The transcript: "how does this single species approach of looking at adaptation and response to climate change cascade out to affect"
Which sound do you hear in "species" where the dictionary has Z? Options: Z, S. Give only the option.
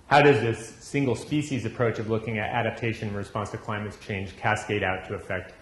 Z